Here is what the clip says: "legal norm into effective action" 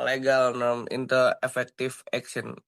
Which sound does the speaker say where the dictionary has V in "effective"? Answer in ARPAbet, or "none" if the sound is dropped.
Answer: F